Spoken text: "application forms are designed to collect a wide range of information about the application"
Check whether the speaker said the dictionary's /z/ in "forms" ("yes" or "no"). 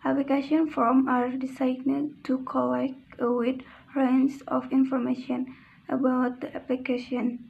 no